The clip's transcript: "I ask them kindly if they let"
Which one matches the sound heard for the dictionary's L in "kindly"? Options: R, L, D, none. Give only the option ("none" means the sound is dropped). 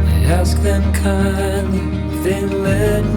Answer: none